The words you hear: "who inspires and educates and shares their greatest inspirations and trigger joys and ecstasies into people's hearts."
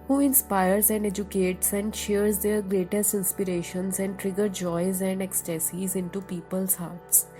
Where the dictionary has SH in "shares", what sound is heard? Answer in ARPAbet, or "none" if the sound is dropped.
SH